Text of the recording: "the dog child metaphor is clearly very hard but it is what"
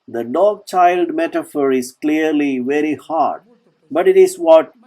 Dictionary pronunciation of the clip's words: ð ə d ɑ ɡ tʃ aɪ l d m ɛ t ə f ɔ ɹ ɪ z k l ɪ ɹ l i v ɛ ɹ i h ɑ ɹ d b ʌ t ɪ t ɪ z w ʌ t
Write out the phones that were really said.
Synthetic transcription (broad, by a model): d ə d ɑ ɡ tʃ aɪ l d m ɛ t ə f ɔ ɹ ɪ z k l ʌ ɹ l i v ɛ ɹ i h ɑ ɹ d b ʌ t ɪ t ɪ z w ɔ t